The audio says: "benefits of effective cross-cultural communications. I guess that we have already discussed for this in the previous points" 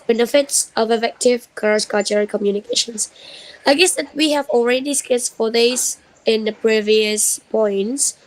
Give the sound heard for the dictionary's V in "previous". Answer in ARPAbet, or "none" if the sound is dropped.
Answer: V